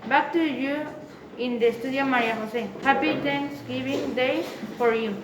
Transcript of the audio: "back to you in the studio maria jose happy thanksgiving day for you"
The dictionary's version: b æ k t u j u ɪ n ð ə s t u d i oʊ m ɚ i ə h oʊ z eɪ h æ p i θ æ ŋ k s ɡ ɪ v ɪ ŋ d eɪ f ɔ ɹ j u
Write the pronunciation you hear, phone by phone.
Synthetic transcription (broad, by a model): b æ k t u j u ɪ n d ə s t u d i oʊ m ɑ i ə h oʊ s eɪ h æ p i t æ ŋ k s ɡ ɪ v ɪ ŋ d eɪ f ɔ ɹ j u